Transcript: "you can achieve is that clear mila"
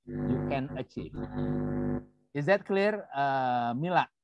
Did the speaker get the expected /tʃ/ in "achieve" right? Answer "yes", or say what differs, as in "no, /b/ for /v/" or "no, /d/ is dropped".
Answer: yes